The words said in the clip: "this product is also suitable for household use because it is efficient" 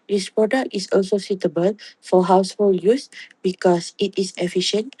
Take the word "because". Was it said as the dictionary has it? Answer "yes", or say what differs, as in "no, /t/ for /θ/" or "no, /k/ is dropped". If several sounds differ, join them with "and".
no, /s/ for /z/